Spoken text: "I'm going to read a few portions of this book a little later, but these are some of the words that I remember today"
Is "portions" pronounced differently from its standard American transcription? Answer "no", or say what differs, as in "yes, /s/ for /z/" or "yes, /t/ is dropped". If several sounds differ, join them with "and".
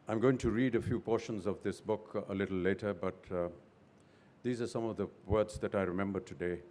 no